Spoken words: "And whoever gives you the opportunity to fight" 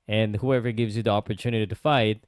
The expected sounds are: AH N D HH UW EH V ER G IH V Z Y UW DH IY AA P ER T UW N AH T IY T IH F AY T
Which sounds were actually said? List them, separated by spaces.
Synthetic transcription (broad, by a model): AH N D HH UW EH V ER G IH V Z Y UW DH IY AA P ER T UW N AH T IY T IH F AY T